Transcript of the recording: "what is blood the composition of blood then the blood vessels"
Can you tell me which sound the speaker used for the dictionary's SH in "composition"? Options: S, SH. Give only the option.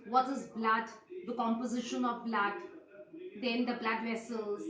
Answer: SH